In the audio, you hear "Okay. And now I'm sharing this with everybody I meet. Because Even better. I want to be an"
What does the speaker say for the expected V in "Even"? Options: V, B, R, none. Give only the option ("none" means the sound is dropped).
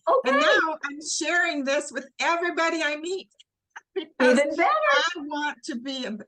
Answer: none